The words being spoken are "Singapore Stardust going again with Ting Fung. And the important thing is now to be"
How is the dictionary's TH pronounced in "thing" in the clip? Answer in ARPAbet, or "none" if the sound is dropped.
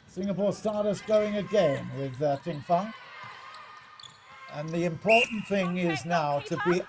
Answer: TH